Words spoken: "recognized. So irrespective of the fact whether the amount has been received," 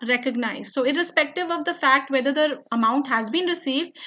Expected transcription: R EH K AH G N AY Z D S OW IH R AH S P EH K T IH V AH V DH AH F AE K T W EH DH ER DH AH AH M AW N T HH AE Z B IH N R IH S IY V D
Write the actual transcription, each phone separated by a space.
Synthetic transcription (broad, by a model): R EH K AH G N AY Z S OW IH R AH S P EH K T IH V AH V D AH F AE K T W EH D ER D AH AH M AW N T HH AE Z B IH N R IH S IY V D